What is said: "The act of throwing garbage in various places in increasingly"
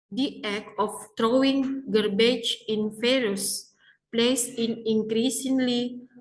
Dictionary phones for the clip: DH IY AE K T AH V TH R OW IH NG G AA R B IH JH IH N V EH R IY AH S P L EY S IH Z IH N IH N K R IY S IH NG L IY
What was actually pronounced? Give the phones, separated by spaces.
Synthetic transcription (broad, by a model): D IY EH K AH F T R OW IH NG G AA R B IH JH IH N F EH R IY S P L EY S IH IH N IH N K R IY S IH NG L IY